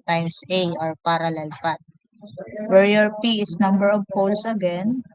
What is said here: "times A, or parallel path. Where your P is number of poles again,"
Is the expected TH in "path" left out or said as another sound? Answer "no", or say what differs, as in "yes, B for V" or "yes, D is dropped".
yes, T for TH